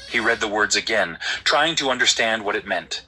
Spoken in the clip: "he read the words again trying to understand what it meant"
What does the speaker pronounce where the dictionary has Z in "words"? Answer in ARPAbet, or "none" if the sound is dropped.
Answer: Z